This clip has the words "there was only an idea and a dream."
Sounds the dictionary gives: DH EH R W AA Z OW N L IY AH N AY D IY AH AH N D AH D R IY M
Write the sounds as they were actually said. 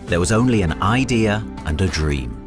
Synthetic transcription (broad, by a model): DH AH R W AA Z OW N L IY AH N AY D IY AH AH N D AH D R IY M